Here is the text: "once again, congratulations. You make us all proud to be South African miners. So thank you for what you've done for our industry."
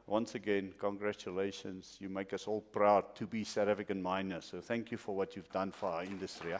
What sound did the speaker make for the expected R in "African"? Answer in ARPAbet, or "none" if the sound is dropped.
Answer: none